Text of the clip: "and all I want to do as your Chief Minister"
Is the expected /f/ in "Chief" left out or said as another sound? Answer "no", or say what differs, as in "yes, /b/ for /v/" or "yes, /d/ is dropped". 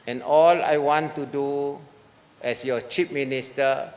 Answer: yes, /p/ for /f/